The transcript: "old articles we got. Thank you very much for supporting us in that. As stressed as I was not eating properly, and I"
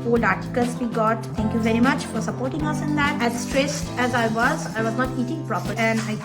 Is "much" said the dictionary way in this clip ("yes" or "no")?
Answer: yes